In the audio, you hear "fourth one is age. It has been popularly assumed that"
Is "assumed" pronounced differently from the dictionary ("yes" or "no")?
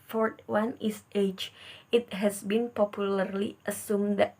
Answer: no